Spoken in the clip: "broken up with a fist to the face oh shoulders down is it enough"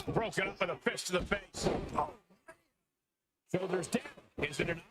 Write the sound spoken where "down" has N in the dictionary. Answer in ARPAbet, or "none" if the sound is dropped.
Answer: none